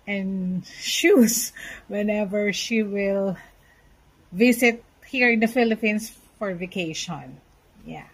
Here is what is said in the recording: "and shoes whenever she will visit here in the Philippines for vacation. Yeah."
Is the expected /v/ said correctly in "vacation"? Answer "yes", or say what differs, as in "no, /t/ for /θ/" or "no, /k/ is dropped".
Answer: yes